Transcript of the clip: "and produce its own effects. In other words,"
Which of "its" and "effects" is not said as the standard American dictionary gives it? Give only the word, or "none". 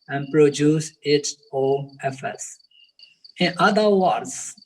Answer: effects